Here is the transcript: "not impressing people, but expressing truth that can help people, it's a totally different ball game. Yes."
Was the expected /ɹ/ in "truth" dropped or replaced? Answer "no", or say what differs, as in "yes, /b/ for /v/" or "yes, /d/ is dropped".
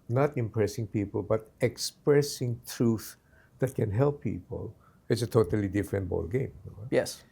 no